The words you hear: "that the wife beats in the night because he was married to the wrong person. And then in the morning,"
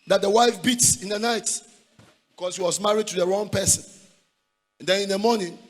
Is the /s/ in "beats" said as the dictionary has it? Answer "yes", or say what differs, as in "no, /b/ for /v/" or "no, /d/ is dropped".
yes